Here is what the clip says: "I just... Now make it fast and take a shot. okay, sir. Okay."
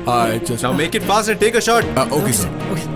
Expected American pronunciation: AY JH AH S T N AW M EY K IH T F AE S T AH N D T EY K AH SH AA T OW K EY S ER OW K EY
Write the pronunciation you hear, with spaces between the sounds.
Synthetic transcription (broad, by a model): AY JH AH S N AW M EY K IH T F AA S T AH T EY K AH SH AA T OW K EY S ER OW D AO